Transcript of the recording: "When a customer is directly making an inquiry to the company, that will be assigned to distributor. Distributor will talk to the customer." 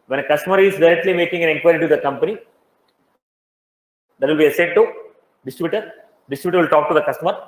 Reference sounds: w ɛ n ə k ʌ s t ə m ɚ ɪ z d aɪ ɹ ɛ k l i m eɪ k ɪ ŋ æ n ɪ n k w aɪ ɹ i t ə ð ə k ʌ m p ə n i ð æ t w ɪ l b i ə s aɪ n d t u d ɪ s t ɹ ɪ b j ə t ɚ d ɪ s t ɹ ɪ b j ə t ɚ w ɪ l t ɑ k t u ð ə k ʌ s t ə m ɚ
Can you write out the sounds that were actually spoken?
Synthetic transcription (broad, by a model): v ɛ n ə k ʌ s t ə m ɚ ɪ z d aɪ ɹ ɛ k l i m eɪ k ɪ ŋ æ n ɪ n k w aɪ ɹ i t ə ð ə k ʌ m p ə n i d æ t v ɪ l b i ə s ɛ d t u d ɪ s t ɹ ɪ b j t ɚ d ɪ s t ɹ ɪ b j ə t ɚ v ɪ l t ɑ k t u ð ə k ʌ s t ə m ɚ